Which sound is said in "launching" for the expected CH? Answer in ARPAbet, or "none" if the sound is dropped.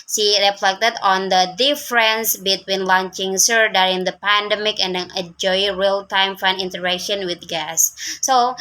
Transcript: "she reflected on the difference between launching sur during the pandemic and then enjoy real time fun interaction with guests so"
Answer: CH